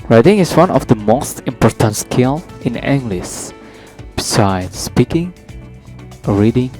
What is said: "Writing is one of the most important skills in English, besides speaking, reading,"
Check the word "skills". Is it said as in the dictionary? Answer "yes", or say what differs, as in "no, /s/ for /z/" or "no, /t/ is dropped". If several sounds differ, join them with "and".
no, /z/ is dropped